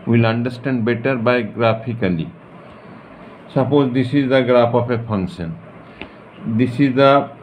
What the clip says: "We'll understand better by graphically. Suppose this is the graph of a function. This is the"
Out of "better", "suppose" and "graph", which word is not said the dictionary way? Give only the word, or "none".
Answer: graph